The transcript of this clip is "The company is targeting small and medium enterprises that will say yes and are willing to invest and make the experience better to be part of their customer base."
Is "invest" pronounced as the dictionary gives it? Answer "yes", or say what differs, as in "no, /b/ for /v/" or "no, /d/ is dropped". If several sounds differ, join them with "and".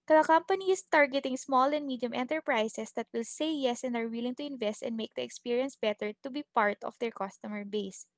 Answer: yes